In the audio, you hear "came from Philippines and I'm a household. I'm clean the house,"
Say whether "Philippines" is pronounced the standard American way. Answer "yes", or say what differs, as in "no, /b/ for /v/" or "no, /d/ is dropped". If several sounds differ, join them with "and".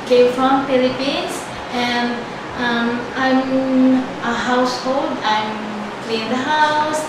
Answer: no, /s/ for /z/